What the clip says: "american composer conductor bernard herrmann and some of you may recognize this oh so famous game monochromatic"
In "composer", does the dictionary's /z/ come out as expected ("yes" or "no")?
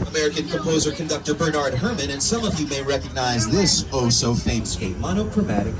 yes